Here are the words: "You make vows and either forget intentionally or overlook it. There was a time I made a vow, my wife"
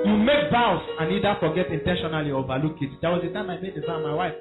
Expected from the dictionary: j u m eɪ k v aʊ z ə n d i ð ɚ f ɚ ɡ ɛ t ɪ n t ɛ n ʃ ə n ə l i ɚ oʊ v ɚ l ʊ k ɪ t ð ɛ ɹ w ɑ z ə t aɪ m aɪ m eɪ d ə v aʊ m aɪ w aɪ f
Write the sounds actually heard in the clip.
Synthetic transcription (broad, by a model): j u m eɪ k b aʊ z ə n i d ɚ f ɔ ɡ ɛ t ɪ n t ɛ n ʃ ə n ə l i oʊ v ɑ l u k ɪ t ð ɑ w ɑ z ə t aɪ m aɪ m eɪ d ə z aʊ m aɪ w aɪ f